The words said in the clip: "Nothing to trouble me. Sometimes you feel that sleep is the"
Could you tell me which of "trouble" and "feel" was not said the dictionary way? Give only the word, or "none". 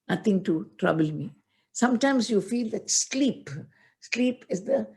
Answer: none